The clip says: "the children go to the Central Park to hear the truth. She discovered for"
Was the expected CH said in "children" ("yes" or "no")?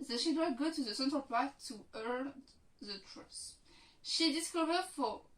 no